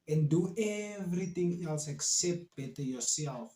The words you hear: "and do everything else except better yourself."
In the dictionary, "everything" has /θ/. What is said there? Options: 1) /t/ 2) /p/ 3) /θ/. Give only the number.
1